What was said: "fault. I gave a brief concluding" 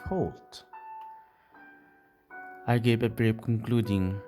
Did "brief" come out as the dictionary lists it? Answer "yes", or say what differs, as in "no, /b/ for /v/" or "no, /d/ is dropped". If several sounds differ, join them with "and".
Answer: no, /p/ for /f/